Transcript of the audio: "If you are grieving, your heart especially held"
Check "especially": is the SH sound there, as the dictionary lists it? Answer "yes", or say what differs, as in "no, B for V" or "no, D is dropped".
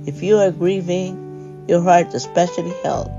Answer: yes